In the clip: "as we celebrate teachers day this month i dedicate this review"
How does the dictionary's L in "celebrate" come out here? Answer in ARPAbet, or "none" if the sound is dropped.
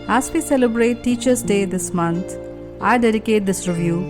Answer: L